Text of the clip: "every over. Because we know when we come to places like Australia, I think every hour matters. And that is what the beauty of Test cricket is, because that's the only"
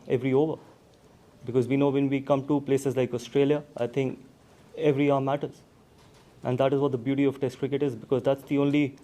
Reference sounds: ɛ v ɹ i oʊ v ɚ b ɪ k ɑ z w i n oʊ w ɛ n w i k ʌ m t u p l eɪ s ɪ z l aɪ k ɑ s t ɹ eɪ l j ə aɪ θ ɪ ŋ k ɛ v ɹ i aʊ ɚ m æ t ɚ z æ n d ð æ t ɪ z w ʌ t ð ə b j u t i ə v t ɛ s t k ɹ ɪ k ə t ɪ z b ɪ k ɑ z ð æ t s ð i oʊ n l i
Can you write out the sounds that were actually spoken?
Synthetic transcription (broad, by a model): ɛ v ɹ i oʊ v ɚ b ɪ k ɑ z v i n oʊ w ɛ n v i k ʌ m t u p l eɪ s ɪ z l aɪ k ɑ s t ɹ eɪ l j ə aɪ t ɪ ŋ k ɛ v ɹ i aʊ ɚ m æ t ɚ z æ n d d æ t ɪ z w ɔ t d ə b j u t i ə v t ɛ s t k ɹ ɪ k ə t ɪ z b ɪ k ɑ z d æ t s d i oʊ n l i